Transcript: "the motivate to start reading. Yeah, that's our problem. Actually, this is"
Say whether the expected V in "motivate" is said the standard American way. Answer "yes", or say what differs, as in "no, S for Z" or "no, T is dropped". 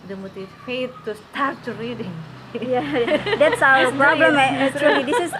no, F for V